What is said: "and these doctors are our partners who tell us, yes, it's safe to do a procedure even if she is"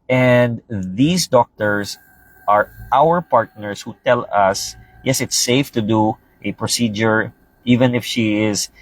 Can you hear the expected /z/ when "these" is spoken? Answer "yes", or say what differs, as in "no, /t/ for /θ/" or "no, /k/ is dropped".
no, /s/ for /z/